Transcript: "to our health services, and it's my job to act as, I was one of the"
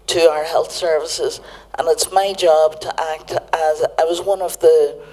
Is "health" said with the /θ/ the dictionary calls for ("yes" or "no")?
yes